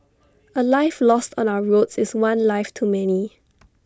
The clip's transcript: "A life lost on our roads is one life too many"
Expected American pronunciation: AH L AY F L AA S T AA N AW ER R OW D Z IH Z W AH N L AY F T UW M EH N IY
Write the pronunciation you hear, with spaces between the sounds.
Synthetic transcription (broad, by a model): AH L AY F L AA S T AA N AW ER R OW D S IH S W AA N L AY F T UW M EH N IY